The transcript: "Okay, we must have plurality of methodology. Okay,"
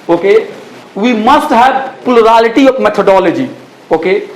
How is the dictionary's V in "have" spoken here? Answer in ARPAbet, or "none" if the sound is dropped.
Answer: B